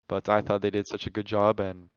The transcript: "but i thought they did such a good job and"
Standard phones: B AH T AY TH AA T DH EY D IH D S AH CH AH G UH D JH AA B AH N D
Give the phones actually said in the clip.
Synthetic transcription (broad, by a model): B AH T AY TH AA T DH EY D IH D S AH CH AH G UH D JH AA B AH N